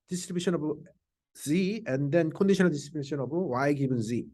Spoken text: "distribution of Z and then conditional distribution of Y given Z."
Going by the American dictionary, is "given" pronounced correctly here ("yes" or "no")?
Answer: no